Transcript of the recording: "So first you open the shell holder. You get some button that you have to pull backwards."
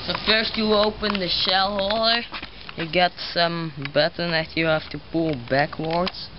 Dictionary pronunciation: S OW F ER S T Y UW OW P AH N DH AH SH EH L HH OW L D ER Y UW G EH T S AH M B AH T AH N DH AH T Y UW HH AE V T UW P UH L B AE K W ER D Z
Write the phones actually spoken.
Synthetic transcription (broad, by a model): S OW F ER S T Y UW OW P AH N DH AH SH EH L HH OW L D ER Y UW G EH T S AH M B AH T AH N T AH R Y UW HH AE F T UW P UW L B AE K W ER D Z